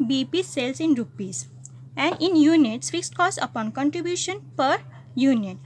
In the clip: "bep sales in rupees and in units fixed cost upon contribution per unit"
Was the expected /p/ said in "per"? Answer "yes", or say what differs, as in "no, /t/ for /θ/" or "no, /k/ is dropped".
yes